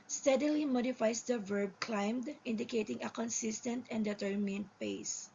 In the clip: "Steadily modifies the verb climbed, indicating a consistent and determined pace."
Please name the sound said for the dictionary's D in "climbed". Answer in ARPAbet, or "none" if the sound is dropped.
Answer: D